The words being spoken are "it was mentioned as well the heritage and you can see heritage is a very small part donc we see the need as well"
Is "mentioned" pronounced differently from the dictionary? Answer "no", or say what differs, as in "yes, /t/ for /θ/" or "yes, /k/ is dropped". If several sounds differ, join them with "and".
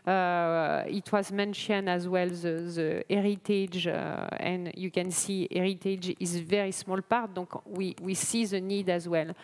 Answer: yes, /d/ is dropped